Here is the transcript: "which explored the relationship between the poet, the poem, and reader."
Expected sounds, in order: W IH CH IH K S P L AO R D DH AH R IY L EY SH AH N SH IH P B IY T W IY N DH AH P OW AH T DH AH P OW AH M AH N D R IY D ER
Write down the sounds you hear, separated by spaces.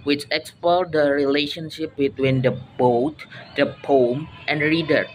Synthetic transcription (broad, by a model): W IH CH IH K S P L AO L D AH R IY L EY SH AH N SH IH P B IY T W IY N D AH B OW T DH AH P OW M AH N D R IY D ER